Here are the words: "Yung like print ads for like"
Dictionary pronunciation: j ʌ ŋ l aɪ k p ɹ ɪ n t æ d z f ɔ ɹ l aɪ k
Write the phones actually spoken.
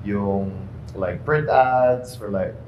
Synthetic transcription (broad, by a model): j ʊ ŋ l aɪ k p ɹ ɪ n t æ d s f ɔ ɹ l aɪ k